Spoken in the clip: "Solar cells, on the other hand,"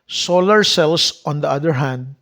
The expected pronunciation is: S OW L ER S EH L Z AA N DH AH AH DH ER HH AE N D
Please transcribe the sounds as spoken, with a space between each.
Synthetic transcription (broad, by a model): S OW L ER S EH L S AA N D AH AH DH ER HH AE N D